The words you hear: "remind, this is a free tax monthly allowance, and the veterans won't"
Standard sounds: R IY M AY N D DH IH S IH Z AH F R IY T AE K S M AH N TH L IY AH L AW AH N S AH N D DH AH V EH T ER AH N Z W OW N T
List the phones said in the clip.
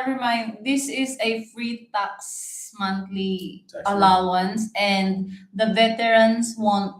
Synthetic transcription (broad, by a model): R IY M AY N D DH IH S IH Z AH F R IY T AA K S M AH N T L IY AH L AW AH N S AH N D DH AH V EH T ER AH N S W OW N T